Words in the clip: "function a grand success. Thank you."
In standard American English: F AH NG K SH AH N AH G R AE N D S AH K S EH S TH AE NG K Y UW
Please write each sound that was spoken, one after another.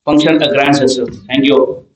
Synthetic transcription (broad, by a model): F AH NG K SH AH N AH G R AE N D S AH S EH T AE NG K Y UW